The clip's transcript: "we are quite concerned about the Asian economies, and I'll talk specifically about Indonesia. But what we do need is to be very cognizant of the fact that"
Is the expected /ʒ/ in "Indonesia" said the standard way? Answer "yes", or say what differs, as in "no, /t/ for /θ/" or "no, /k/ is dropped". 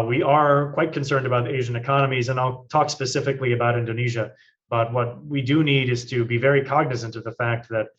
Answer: yes